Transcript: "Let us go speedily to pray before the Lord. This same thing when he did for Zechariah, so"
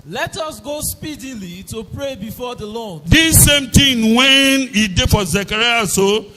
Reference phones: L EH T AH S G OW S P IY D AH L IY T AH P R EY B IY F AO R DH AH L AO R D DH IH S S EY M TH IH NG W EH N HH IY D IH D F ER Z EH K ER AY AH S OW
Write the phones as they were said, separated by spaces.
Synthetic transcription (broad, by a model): L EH T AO S G OW S P IY D AH L IY T AH P R EY B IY F AO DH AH L AO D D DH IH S S EY M T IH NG W EH N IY D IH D F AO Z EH K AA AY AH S OW